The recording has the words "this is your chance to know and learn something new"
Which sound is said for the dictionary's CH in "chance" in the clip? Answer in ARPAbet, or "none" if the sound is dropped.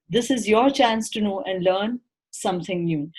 CH